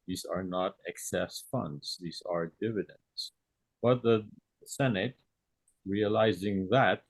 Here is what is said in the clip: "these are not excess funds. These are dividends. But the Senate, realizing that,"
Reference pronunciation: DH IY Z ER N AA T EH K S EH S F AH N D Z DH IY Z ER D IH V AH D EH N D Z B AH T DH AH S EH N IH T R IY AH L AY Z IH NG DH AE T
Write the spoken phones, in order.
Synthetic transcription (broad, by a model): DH IY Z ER N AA T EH K S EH S F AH N D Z DH IY Z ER D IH V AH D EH N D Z B AH T DH AH S EH N IH T R IY AH L AY Z IH NG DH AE T